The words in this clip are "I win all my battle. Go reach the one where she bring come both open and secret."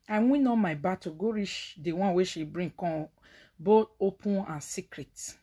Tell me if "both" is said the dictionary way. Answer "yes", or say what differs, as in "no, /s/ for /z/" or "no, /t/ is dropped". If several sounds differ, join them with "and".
no, /t/ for /θ/